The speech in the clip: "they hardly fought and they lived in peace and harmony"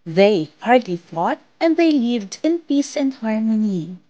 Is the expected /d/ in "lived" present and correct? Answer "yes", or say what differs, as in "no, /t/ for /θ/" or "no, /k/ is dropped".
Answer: yes